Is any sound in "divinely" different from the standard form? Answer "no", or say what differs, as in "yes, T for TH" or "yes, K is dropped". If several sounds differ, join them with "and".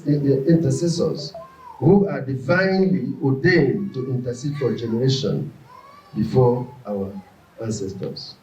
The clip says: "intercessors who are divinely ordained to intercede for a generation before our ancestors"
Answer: no